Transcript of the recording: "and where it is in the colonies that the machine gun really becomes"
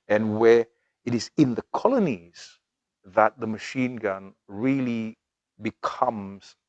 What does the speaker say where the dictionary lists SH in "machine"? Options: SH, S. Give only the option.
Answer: SH